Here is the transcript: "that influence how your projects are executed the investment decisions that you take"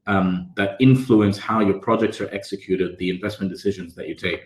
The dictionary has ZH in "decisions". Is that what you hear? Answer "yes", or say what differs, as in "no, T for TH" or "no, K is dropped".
yes